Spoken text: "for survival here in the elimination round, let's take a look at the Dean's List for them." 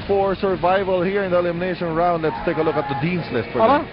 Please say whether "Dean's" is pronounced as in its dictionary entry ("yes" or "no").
no